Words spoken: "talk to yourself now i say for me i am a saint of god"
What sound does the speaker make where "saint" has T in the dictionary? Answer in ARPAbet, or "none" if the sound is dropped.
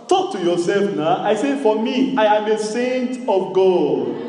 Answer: T